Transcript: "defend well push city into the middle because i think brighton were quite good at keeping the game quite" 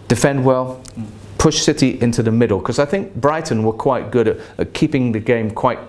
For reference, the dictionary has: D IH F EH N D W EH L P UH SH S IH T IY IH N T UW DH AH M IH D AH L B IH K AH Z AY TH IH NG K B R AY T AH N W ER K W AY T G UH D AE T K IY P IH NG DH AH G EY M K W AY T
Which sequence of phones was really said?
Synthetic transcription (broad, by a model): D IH F EH N D W EH L P UH SH S IH T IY IH N T UW DH AH M IH D L K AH Z AY TH IH NG K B R AY T N W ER K W AY T G UH D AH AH K IY P IH NG DH AH G EY M K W AY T